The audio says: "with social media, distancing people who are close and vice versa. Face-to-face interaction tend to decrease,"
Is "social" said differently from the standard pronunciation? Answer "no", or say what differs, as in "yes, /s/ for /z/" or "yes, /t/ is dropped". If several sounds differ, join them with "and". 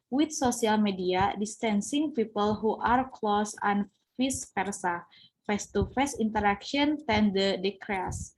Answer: yes, /s/ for /ʃ/